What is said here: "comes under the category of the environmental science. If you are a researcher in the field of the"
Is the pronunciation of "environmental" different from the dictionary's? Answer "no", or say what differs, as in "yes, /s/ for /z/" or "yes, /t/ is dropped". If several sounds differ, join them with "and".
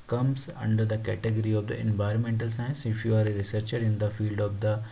no